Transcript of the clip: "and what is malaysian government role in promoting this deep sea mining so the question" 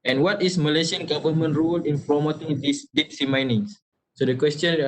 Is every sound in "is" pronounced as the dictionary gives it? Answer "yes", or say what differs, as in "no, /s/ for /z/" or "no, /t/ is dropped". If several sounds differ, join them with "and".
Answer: no, /s/ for /z/